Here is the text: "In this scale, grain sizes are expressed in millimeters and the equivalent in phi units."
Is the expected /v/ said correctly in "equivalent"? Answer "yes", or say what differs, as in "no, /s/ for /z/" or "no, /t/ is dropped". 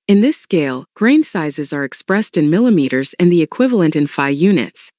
yes